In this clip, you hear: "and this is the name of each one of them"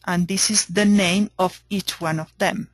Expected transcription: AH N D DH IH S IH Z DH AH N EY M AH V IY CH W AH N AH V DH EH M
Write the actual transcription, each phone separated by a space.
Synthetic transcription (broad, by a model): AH N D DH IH S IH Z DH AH N EY M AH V IY CH W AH N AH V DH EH M